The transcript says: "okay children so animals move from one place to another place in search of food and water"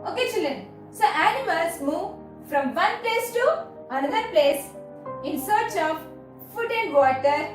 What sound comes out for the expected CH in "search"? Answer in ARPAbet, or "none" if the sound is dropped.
CH